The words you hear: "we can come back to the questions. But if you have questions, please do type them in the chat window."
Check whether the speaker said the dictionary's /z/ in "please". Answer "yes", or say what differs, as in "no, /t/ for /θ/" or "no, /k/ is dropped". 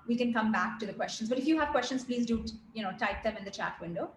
yes